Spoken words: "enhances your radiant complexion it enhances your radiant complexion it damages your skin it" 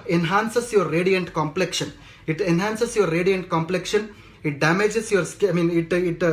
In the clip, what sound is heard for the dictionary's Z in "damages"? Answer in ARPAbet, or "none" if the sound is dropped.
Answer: S